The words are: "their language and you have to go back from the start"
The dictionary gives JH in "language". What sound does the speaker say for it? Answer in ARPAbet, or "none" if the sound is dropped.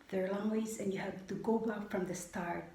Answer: Z